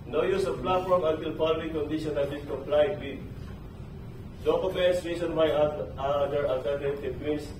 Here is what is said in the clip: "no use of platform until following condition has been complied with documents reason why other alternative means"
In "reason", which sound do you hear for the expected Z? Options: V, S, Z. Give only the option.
S